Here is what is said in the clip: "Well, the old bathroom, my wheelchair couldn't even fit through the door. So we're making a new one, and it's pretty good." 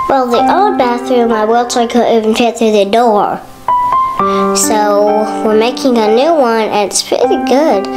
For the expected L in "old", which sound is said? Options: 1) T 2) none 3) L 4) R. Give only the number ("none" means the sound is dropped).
2